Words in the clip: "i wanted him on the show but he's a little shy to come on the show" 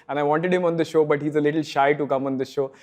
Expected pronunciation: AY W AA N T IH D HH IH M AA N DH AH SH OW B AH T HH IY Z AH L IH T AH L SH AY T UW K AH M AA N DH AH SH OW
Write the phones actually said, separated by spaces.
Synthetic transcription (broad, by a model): AY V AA N T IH D HH IH M AA N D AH SH OW B AH T HH IY Z AH L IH T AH L SH AY T UW K AH M AA N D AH SH OW